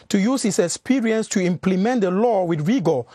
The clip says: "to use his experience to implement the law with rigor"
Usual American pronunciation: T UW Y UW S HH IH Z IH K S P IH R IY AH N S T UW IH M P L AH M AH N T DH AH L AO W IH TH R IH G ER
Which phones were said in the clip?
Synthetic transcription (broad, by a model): T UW Y UW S HH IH S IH K S P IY R IY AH N S T UW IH M P L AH M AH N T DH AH L AO W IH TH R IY G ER